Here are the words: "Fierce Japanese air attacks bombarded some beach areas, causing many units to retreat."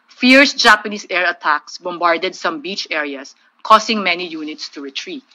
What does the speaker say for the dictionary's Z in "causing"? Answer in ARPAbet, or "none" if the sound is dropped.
S